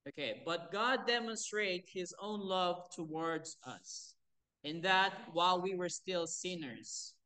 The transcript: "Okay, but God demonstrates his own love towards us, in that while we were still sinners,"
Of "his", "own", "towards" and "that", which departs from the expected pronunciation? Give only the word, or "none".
none